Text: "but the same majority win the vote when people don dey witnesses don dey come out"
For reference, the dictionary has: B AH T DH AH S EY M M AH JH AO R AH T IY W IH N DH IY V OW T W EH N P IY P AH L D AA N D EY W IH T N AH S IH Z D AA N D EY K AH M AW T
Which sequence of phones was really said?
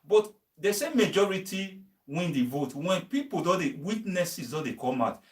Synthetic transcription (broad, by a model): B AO T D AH S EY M M AH JH AO R AH T IY W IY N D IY V OW T W EH N P IY P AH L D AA D EY W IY T N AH S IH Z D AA D EY K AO M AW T